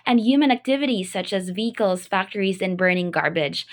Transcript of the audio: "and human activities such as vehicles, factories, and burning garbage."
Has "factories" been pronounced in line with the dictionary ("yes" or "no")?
yes